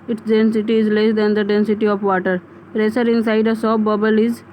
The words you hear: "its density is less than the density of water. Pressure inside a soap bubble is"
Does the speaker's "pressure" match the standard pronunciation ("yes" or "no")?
no